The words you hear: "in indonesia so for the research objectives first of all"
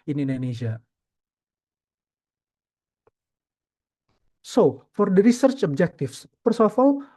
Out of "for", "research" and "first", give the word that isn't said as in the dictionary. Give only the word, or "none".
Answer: first